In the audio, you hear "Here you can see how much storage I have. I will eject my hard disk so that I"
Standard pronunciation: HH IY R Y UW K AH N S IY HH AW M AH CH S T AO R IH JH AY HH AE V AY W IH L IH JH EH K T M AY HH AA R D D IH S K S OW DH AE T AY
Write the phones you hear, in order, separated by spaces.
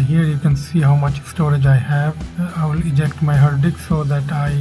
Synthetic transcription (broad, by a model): HH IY R Y UW K AH N S IY HH AW M AH CH S T AO R IH JH AY HH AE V AY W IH L IH JH EH K T M AY HH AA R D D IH K S OW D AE T AY